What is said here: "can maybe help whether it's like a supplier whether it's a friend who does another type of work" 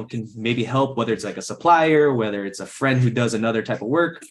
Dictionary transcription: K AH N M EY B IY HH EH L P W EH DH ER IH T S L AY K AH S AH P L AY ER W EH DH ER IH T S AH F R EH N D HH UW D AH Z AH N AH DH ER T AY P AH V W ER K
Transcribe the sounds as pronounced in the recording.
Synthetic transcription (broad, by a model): K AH N M EY B IY HH EH L P W EH DH ER IH T S L AY K AH S AH P L AY ER W EH DH ER IH T S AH F R EH N D HH UW D AH Z AH N AH DH ER T AY P AH V W ER K